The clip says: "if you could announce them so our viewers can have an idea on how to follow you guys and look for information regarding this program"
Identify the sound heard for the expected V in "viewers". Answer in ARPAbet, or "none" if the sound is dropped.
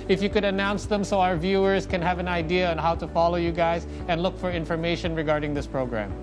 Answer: V